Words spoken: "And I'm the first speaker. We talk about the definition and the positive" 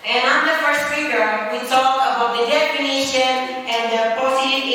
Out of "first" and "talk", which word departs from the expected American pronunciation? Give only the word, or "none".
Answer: talk